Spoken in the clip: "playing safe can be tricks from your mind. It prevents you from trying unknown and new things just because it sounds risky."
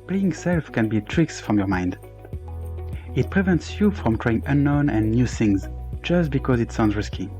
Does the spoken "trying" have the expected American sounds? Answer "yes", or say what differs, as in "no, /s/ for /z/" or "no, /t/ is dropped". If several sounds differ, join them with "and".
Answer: yes